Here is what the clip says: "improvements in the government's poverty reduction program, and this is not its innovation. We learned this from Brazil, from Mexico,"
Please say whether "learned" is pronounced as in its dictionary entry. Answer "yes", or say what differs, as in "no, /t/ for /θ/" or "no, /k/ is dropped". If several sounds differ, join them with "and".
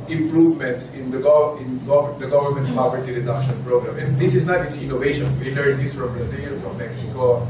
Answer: no, /n/ is dropped